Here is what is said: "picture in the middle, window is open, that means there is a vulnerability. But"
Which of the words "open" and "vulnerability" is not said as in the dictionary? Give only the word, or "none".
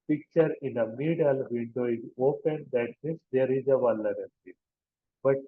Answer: vulnerability